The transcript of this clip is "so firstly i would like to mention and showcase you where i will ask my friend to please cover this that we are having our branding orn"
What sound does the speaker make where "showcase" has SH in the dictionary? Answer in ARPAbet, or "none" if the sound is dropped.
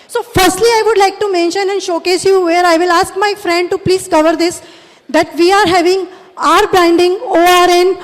SH